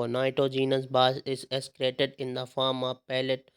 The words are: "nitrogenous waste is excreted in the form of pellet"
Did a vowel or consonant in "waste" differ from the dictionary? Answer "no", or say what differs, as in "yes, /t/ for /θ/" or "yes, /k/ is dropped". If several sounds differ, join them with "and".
yes, /t/ is dropped